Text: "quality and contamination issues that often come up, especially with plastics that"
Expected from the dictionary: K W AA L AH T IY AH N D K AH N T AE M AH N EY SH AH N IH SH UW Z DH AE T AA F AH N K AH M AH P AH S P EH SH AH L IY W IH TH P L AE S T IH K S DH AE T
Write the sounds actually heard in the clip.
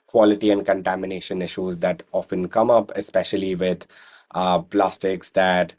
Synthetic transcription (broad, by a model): K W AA L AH T IY AH N D K AH N T AE M AH N EY SH AH N IH SH UW Z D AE T AA F AH N K AH M AH P AH S P EH SH AH L IY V IH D P L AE S T IH K S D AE T